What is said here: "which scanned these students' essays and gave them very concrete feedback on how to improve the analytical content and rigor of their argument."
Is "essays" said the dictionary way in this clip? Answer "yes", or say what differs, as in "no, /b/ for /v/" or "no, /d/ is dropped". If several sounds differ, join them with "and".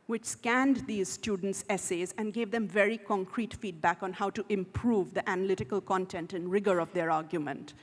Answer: yes